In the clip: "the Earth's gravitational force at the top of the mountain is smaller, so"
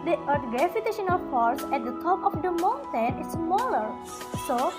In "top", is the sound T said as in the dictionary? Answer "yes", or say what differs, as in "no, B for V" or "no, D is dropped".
yes